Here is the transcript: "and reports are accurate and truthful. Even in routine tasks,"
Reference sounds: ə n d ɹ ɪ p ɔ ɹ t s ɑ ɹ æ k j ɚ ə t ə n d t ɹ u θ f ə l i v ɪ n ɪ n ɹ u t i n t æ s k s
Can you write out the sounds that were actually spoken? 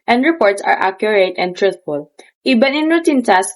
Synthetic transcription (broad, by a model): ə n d ɹ ɪ p ɔ ɹ t s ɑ ɹ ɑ k j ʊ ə t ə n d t ɹ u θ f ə l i b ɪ n ɪ n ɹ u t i n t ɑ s s